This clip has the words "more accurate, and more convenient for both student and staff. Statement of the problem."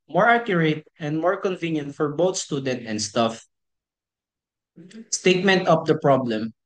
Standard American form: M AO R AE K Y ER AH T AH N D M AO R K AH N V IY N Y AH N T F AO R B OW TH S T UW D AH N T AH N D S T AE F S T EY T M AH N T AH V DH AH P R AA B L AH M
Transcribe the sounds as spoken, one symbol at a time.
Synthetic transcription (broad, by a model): M AO R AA K Y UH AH T AH N D M AO R K AH N V IY N Y AH N T F AO R B OW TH S T UW D AH N T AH N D S T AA F S T EY T M AH N T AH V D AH P R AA B L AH M